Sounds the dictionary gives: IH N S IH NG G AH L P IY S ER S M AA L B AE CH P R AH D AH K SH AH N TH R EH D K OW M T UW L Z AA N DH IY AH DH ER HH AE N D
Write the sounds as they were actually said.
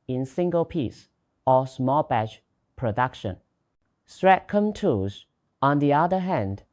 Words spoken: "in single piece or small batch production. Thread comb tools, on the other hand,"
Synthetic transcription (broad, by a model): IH N S IH NG G AH L P IY S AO S M AA L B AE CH P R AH D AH K SH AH N S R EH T K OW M T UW Z AA N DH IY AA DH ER HH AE N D